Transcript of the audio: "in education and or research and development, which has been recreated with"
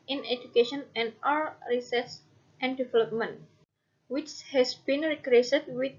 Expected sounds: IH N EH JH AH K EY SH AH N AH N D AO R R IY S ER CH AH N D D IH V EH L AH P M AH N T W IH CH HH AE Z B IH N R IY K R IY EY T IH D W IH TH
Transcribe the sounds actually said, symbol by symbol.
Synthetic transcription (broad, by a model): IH N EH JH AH K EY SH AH N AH N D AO L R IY S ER S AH N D D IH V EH L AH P M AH N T W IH CH HH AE S B IH N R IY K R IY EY S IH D W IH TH